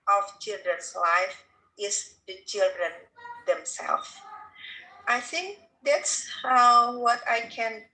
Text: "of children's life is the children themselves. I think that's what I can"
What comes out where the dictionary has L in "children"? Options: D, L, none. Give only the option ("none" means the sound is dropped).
L